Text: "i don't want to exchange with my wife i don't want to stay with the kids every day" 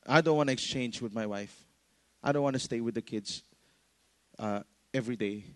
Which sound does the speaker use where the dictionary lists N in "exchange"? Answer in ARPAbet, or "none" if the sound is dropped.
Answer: N